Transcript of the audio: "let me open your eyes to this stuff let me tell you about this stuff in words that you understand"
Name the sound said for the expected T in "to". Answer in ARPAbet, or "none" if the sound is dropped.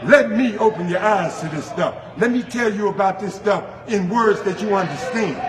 S